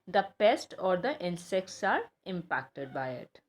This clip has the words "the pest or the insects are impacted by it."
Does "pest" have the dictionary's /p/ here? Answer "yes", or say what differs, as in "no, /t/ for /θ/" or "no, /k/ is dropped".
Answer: yes